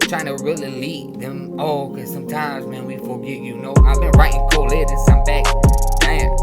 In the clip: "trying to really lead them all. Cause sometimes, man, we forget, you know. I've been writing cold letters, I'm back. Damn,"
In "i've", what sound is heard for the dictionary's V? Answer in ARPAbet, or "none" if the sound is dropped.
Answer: V